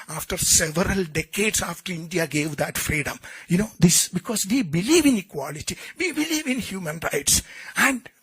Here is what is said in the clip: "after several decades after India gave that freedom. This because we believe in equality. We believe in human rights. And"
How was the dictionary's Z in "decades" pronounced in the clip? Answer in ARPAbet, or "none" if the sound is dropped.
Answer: S